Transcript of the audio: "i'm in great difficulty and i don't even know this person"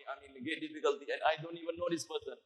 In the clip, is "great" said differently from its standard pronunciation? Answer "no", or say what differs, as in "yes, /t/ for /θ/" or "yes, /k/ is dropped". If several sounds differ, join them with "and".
yes, /ɹ/ is dropped